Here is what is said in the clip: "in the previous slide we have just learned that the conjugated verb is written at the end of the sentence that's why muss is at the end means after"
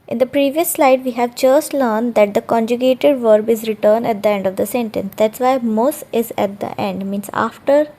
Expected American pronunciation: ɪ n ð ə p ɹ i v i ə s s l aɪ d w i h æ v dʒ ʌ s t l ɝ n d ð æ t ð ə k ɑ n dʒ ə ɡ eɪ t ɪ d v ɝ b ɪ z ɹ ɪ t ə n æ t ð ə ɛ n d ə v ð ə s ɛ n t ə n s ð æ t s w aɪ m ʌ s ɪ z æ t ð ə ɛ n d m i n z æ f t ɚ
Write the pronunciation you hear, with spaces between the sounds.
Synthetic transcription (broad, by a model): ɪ n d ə p ɹ i v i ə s s l aɪ d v i h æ v dʒ ʌ s t l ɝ n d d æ t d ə k ɑ n dʒ ə ɡ eɪ t ɪ d v ɝ b ɪ z ɹ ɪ t ə n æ t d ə ɛ n d ə v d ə s ɛ n t ə n s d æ t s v aɪ m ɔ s ɪ z æ t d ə ɛ n d m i n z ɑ f t ɚ